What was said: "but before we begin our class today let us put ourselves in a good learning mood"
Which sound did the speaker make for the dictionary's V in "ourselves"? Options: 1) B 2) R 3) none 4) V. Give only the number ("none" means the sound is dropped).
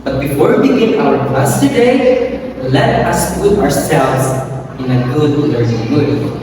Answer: 4